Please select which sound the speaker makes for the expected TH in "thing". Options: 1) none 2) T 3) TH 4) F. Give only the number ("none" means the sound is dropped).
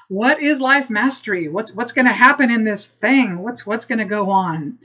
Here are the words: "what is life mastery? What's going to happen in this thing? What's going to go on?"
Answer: 3